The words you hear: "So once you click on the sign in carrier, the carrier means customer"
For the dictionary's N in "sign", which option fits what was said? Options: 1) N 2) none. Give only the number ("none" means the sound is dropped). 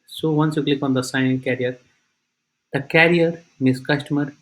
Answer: 2